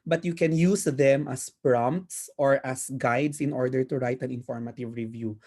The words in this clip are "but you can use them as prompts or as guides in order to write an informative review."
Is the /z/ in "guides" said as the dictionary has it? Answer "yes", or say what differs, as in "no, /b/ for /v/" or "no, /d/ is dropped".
no, /s/ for /z/